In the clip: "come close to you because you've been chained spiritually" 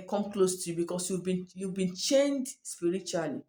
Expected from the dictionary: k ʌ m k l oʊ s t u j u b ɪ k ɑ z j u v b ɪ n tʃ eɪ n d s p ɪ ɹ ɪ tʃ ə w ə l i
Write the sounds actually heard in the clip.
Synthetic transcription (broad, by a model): k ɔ m k l oʊ s t u j u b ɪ k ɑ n j u v b ɪ n tʃ eɪ n d s p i ɹ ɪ tʃ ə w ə l i